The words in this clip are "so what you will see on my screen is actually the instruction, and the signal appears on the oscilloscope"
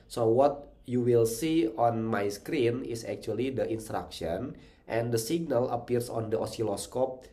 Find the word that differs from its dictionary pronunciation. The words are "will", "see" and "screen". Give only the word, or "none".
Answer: none